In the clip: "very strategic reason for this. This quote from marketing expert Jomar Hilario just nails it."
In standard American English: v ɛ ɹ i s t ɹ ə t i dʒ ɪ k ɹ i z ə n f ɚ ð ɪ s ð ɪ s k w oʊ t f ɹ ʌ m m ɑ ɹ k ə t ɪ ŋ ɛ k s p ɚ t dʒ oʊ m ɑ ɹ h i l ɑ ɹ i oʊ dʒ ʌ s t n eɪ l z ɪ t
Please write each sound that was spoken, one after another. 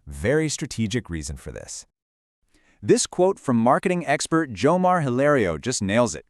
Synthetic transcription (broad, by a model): v ɛ ɹ i s t ɹ ə t i dʒ ɪ k ɹ i z ə n f ɚ ð ɪ s ð ɪ s k w oʊ t f ɹ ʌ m m ɑ ɹ k ə t ɪ ŋ ɛ k s p ɚ t dʒ oʊ m ɑ ɹ h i l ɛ ɹ i oʊ dʒ ʌ s t n eɪ l z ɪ t